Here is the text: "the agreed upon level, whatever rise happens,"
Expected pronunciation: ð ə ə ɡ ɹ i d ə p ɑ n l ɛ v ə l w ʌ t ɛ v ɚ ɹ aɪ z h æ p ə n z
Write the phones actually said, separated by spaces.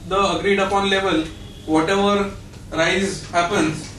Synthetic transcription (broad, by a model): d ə ə ɡ ɹ i d ə p ɑ n l ɛ v ə l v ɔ t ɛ v ɚ ɹ aɪ z h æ p ə n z